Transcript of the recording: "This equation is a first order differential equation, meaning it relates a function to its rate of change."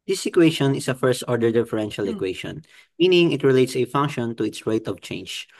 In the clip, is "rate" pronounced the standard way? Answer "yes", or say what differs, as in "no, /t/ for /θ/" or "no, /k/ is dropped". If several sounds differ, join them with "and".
yes